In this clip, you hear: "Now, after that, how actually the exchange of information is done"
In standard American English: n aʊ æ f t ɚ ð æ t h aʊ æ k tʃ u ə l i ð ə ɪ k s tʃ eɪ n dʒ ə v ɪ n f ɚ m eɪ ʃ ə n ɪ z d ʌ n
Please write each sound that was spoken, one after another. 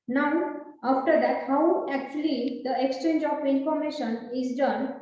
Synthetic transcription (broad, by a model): n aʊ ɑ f t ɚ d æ t h aʊ æ k tʃ u ə l i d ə ɪ k s tʃ eɪ n dʒ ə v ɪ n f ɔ m eɪ ʃ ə n ɪ z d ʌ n